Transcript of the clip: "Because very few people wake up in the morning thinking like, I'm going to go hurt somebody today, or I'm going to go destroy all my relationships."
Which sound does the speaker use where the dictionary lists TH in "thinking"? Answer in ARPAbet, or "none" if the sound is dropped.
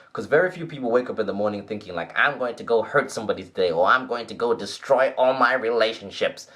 TH